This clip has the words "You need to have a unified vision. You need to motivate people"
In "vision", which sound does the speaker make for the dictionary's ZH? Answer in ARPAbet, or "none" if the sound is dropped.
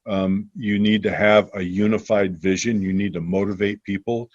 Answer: ZH